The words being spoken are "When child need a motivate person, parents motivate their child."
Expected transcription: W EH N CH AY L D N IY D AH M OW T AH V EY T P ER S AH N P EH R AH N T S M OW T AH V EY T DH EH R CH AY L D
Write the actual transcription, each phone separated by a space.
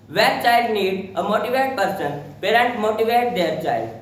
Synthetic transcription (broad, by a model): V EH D CH AY L D N IY D AH M OW T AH V EY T P ER S AH N P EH R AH N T M OW T AH V EY T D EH R CH AY L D